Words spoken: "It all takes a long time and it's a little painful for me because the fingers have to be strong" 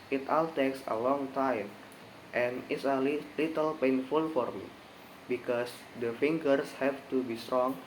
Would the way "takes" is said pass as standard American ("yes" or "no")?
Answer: yes